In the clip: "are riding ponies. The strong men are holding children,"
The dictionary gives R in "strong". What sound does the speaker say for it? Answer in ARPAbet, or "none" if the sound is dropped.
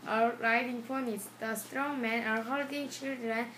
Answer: R